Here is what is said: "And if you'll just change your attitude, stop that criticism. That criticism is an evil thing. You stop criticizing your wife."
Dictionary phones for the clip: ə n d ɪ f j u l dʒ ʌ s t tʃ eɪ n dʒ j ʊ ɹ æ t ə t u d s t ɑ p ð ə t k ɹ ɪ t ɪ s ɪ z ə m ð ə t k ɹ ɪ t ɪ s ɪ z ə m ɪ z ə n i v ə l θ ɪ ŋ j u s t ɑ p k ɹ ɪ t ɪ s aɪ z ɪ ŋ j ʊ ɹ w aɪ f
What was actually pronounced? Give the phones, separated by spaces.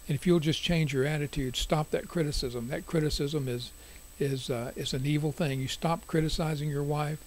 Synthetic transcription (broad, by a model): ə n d ɪ f j u l dʒ ʌ s tʃ eɪ n dʒ j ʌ ɹ æ t ə t u d s t ɑ p ð ə t k ɹ ɪ t ɪ s ɪ z ə m ð ə t k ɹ ɪ t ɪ s ɪ z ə m ɪ z ə n i v l θ ɪ ŋ j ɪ s t ɑ p k ɹ ɪ t ɪ s aɪ z ɪ ŋ j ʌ ɹ w aɪ f